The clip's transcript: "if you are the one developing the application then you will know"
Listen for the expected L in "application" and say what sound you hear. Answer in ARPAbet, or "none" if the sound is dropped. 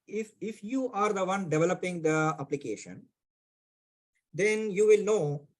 L